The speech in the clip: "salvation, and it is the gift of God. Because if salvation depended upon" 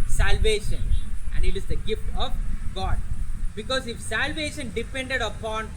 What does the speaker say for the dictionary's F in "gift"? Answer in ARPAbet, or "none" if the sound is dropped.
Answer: F